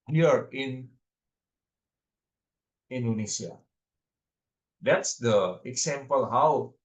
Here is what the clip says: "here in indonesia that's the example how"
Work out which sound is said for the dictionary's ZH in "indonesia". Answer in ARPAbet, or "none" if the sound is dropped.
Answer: S